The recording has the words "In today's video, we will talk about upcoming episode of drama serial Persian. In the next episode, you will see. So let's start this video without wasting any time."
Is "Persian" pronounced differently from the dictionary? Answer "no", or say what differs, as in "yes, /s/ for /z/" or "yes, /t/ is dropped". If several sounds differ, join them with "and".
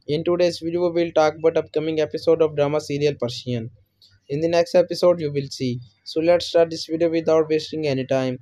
yes, /ʃ/ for /ʒ/